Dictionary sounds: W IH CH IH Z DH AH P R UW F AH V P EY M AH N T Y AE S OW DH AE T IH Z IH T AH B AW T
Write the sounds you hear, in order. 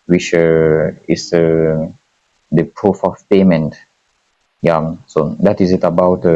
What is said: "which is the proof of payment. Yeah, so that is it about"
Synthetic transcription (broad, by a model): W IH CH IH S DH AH P R UW F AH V P EY M AH N T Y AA S OW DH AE T IH Z IH T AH B AW T